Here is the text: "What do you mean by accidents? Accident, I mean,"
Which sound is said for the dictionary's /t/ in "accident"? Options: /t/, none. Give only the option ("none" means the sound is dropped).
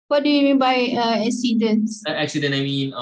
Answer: none